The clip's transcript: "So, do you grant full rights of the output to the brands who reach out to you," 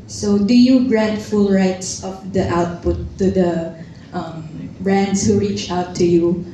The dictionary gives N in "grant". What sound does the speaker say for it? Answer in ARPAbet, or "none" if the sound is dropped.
none